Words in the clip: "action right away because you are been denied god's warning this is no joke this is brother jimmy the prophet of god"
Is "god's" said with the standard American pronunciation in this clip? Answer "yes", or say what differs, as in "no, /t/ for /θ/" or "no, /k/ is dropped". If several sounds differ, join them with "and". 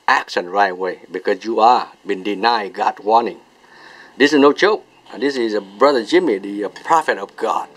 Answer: no, /z/ is dropped